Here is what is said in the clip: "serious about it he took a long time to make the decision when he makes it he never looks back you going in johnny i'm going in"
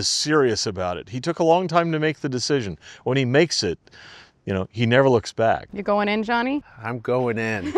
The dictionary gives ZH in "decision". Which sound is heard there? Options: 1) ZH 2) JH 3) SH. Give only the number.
1